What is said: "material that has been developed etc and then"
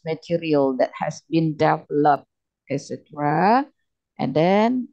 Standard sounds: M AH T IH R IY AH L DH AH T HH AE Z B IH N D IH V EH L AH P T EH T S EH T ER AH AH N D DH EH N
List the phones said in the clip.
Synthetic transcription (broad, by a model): M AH T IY R IY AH L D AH T HH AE S B IH N D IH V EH L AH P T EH S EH T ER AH AH N D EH N